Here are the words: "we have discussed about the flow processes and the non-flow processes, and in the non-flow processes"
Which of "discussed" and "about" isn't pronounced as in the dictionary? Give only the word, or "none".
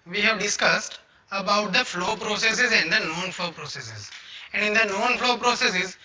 none